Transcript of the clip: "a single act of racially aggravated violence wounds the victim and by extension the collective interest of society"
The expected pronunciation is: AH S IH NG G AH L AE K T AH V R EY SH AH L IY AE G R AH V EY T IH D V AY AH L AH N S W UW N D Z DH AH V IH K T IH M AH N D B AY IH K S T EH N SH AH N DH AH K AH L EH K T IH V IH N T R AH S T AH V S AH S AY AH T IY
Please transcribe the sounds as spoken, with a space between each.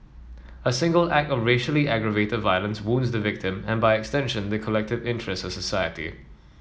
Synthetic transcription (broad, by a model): AH S IH NG G AH L AE K T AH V R EY SH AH L IY AE G R AH V EY T IH D V AY AH L AH N S W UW N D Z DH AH V IH K T IH M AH N B AY IH K S T EH N SH AH N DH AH K AH L EH K T IH V IH N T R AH S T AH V S AH S AY AH T IY